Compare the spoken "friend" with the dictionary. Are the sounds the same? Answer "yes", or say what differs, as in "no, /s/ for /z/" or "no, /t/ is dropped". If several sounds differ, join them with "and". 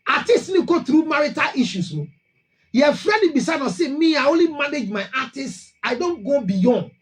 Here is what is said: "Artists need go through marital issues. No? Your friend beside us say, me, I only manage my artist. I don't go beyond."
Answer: no, /n/ is dropped